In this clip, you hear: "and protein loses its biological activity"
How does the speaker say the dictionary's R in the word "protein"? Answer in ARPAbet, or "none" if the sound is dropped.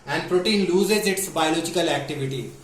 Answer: R